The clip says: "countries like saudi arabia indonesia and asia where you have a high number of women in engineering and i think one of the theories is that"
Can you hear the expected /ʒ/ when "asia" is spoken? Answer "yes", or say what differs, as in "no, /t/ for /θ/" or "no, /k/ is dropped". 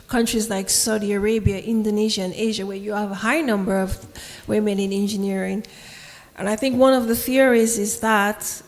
yes